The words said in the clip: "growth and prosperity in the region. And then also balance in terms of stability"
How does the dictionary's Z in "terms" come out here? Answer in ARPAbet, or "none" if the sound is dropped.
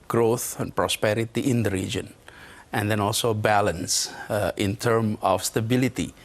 none